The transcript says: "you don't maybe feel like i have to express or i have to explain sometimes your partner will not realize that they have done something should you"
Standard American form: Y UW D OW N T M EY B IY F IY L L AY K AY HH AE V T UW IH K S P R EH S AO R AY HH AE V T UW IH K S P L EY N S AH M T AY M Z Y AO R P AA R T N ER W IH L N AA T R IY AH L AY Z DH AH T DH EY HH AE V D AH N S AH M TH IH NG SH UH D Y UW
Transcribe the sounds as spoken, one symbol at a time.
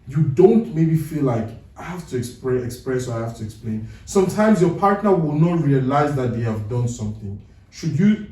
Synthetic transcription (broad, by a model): Y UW D OW N T M EY B IY F IY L L AY K AY HH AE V T UW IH K S P R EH S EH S AY HH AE F T UW IH K S P L EY N S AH M T AY M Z Y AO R P AA R T N ER W IH L N AA T R IY AH L AY Z DH AH T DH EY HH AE V D AH N S AH M TH IH NG SH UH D Y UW